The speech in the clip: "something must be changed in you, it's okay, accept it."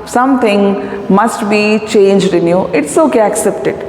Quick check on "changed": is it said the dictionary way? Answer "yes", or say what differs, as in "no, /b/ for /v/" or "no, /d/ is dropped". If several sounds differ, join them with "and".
yes